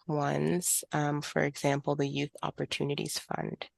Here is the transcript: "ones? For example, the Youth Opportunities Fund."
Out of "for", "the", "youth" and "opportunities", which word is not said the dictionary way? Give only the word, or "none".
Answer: none